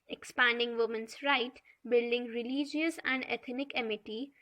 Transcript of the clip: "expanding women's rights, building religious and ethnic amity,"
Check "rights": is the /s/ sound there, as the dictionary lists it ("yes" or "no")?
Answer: no